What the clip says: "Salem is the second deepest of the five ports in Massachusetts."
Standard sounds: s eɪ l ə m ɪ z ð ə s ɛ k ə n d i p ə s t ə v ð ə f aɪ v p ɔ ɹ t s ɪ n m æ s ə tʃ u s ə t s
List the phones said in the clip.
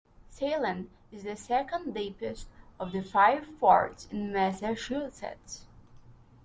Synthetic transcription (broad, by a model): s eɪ l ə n ɪ z ð ə s ɛ k ə n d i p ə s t ə v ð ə f aɪ v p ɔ ɹ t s ɪ n m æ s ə ʃ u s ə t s